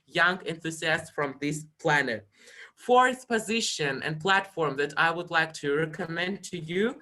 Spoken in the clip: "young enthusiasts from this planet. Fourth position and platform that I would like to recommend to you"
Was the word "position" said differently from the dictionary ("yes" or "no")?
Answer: no